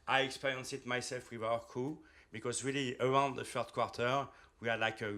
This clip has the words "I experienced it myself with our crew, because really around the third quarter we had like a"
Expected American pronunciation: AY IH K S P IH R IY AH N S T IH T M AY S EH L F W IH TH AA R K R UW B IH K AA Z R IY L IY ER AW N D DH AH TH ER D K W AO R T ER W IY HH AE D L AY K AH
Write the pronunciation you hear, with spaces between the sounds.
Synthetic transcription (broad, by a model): AY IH K S P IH R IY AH N S IH T M AY S EH L F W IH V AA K UW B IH K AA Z R IY L IY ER AW N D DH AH F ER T K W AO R T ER W IY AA L AY K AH